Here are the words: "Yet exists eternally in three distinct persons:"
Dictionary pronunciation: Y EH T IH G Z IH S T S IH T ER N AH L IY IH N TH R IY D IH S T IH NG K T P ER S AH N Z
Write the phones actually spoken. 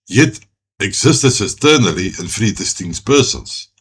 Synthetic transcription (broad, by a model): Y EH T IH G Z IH S T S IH T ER N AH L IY IH N F R IY D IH S T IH NG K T P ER S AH N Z